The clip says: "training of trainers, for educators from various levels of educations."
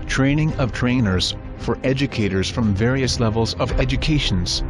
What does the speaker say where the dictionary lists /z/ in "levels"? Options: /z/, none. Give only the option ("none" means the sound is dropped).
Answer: /z/